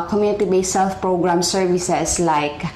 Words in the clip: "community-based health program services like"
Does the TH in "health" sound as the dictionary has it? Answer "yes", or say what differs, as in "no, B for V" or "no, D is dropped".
no, F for TH